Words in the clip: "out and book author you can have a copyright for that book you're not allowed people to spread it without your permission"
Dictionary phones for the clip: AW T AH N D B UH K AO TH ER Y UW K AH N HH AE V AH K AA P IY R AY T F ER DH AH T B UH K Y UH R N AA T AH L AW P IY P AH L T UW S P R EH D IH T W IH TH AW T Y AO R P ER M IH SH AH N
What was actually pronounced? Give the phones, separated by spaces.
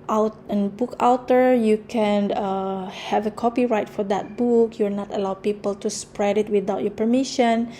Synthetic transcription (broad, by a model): AW T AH N B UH K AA T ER Y UW K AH N HH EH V AH K AA P IY R AY T F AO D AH T B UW K Y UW L N AA T AH L AW P IY P AH L T UW S P R EH D IH T W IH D AW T Y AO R P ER M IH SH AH N